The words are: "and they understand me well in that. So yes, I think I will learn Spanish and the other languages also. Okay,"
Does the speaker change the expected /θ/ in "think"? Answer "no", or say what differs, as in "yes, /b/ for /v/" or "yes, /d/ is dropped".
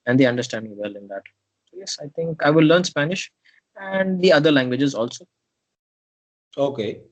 yes, /t/ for /θ/